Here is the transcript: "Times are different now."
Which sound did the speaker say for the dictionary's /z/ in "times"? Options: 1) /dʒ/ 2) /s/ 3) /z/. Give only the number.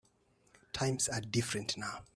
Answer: 2